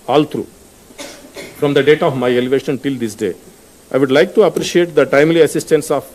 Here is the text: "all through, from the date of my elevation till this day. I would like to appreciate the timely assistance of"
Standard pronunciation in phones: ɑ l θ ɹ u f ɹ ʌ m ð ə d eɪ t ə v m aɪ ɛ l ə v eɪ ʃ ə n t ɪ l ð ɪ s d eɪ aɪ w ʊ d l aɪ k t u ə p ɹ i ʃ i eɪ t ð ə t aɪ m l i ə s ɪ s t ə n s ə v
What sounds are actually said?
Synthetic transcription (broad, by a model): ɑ l t ɹ u f ɹ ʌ m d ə d eɪ t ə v m aɪ ɛ l ə v eɪ ʃ ə n t ɪ l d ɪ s d eɪ aɪ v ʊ d l aɪ k t u ə p ɹ i ʃ i eɪ t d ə t aɪ m l i ə s ɪ s t ə n s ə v